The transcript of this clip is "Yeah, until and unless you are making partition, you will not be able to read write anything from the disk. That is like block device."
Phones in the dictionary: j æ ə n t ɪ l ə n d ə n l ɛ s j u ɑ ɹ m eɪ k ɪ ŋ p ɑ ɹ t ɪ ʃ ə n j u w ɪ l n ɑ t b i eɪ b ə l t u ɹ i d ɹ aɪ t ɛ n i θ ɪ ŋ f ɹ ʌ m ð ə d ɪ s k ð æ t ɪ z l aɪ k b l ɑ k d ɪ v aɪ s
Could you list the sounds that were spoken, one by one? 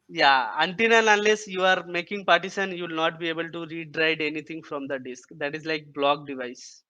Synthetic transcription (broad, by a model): j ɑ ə n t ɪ n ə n ə n l ɛ s j u ɑ ɹ m eɪ k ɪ ŋ p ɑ ɹ t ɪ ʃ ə n j u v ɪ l n ɑ t b i eɪ b ə l t u ɹ i d ɹ aɪ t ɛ n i t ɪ ŋ f ɹ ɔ m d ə d ɪ s k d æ t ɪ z l aɪ k b l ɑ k d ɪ v aɪ s